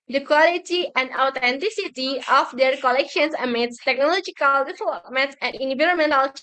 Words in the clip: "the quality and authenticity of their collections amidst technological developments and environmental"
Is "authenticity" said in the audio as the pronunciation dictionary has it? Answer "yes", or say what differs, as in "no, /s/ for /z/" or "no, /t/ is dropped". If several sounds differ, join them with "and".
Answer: no, /t/ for /θ/